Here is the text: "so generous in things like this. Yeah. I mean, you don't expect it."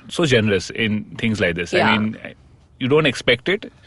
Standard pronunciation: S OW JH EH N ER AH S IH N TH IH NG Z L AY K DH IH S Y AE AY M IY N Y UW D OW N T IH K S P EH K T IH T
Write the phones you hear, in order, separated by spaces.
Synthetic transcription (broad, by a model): S OW JH EH N ER AH S IH N T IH NG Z L AY K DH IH S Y AY M IY N Y UW D OW N T IH K S P EH K T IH T